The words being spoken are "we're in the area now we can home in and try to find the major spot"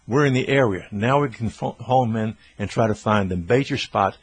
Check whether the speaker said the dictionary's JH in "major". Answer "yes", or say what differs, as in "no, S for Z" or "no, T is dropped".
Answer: no, CH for JH